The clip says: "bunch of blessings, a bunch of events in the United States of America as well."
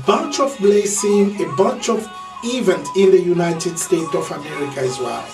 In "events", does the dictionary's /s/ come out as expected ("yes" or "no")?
no